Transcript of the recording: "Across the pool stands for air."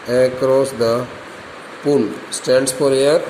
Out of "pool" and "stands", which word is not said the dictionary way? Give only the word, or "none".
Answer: stands